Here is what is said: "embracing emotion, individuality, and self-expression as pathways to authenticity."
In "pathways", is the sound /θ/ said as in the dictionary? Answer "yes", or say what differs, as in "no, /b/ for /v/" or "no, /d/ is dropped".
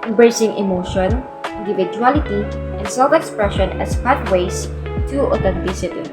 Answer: no, /t/ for /θ/